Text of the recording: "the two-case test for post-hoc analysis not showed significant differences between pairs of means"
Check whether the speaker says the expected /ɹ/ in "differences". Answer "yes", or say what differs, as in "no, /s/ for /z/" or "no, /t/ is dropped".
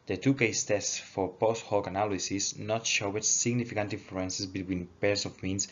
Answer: no, /l/ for /ɹ/